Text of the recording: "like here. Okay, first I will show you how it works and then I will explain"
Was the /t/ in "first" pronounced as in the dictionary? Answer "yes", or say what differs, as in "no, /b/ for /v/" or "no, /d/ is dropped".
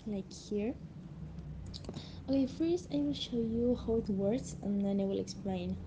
no, /t/ is dropped